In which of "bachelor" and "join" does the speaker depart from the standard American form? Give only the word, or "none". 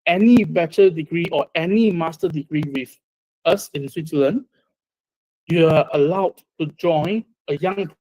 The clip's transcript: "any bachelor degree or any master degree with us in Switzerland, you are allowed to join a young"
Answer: bachelor